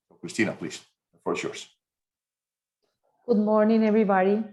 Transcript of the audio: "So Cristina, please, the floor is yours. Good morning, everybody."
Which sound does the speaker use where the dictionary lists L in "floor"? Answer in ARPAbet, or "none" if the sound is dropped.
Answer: none